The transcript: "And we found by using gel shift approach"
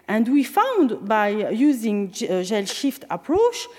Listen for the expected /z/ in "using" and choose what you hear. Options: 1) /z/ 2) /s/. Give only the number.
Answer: 1